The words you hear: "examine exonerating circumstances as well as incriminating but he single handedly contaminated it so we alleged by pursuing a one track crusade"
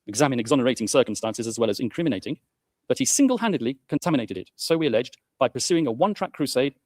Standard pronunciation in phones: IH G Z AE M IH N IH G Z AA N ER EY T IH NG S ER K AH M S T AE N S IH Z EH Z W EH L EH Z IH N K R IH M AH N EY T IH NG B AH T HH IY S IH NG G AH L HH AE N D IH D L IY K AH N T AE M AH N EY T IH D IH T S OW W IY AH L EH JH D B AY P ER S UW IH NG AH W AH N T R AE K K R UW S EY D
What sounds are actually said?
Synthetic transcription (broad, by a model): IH G Z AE M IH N IH G Z AA N ER EY T IH NG S ER K AH M S T AE N S IH Z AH Z W EH L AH Z IH N K R IH M AH N EY T IH NG B AH T HH IY S IH NG G AH L HH AE N D IH D L IY K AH N T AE M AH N EY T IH D IH T S OW W IY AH L EH JH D B AY P ER S UW IH NG AH W AH N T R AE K K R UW S EY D